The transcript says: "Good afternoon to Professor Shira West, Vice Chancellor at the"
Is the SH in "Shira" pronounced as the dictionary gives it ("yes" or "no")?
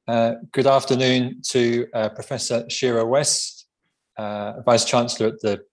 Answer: yes